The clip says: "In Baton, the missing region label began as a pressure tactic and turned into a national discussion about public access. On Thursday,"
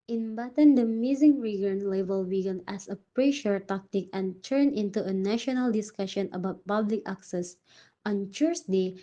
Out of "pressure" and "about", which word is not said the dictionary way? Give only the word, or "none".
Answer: none